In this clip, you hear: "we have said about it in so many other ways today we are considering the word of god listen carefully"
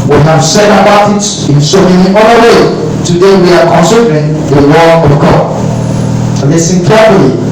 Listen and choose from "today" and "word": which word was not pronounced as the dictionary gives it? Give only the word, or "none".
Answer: word